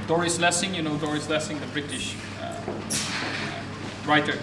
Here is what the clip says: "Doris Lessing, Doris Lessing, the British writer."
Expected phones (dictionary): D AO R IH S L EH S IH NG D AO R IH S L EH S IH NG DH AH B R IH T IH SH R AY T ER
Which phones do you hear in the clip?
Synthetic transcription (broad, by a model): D AO R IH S L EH S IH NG D AO R IH S L EH S IH NG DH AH B R IH T IH SH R AY T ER